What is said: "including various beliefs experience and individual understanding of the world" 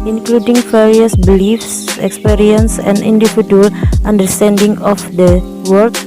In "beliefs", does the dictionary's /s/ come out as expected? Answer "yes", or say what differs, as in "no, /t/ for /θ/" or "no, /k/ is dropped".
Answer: yes